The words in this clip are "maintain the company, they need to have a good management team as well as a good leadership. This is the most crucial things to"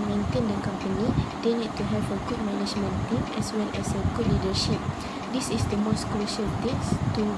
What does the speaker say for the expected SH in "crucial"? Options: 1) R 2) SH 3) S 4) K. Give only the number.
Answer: 2